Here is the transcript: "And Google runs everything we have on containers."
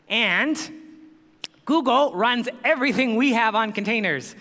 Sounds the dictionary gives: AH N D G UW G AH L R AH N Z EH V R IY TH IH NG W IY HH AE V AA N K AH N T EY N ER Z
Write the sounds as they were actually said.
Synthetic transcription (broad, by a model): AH N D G UW G L R AH N Z EH V R IY TH IH NG W IY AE V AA N K N T EY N ER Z